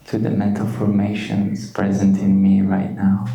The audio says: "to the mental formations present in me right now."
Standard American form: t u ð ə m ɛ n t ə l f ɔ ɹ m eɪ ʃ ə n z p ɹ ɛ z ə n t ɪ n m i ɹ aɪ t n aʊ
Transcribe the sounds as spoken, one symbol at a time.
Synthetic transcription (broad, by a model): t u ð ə m ɛ n t ə l f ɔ ɹ m eɪ ʃ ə n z p ɹ ɛ z ə n t ɪ n m i ɹ aɪ t n aʊ